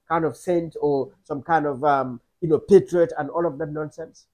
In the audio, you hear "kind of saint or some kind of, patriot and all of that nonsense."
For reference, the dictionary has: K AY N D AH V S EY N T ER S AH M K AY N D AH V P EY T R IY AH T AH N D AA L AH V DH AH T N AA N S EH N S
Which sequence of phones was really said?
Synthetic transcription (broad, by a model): K AY N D AH V S EY N T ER S AH M K AY N D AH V P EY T R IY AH T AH N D AA L AH V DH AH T N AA N S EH N S